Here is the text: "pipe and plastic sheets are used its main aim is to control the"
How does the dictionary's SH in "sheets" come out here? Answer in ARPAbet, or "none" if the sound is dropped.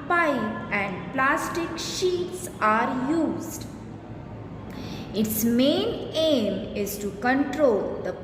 SH